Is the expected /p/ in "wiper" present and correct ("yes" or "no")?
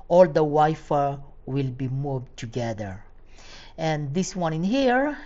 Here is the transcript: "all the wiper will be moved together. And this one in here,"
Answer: no